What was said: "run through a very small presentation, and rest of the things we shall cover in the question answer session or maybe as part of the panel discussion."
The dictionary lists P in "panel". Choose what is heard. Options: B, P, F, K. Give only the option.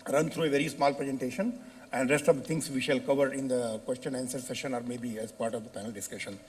F